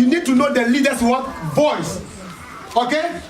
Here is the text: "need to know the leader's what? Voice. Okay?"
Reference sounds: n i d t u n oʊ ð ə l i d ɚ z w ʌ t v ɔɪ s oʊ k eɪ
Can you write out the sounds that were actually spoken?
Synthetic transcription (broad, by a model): n i d t u n oʊ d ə l i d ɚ s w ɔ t b ɔɪ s oʊ k eɪ